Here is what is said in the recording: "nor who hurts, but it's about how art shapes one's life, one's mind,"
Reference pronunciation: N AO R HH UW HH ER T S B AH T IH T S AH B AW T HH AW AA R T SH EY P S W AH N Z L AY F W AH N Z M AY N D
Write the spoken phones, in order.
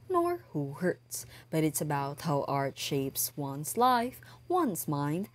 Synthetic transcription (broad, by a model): N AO R HH UW HH ER T S B AH T IH T S AH B AW T HH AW AA R T SH EY P S W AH N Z L AY F W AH N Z M AY N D